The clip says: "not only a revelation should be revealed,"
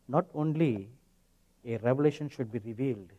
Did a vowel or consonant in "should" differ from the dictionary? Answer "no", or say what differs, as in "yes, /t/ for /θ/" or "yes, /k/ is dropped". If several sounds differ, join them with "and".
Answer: no